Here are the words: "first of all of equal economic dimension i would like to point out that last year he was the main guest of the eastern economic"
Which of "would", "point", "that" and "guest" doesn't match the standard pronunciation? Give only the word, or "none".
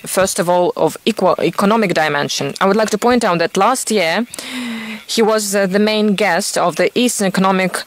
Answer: none